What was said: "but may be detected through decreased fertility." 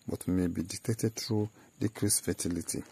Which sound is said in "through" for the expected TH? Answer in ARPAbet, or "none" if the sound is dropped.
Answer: T